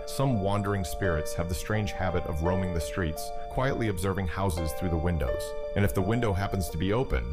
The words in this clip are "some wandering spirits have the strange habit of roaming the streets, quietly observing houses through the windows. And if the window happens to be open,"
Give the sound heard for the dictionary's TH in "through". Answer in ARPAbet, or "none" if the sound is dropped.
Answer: TH